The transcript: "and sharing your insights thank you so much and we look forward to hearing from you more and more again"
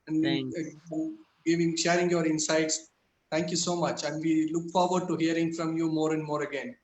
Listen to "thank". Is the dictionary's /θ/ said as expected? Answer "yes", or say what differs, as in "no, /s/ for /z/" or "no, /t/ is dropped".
no, /t/ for /θ/